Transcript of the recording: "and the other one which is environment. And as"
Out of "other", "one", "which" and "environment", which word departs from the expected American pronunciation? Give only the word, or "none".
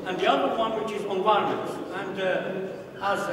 environment